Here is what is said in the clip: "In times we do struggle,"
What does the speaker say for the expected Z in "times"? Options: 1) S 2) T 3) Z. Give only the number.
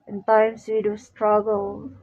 1